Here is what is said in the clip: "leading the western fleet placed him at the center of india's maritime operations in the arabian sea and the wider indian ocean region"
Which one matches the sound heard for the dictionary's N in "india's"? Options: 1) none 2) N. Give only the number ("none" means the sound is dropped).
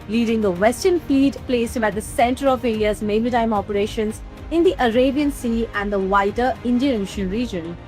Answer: 1